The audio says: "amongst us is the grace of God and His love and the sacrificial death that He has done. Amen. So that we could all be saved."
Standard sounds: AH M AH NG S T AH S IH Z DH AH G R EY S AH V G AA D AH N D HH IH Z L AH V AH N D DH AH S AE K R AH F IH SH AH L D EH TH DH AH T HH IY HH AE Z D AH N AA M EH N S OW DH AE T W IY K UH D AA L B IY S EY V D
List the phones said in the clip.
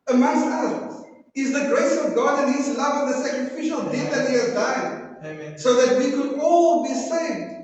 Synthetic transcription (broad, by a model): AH M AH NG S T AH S IH Z DH AH G R EY S AH V G AA D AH N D HH IH Z L AH V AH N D DH AH S AE K R AH F IH SH AH L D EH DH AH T HH IY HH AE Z D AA IH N S OW DH AE T W IY K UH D AA L B IY S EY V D